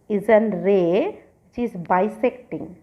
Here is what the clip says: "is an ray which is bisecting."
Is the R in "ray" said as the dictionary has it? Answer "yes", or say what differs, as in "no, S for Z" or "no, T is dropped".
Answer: yes